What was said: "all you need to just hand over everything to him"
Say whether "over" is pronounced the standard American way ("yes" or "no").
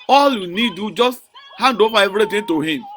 no